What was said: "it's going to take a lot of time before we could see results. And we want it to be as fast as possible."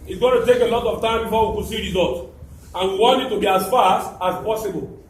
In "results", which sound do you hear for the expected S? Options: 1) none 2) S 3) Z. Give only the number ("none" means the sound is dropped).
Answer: 1